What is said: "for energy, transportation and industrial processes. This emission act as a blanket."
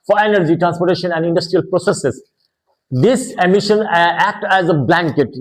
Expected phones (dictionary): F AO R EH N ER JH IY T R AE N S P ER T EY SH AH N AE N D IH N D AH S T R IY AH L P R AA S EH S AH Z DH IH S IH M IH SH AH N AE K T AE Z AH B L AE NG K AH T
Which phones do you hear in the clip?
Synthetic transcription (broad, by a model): F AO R EH N ER JH IY T R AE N S P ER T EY SH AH N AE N D IH N D AH S T R IY AH L P R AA S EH S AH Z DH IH S IH M IH SH AH N AE K T AE Z AH B L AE NG K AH T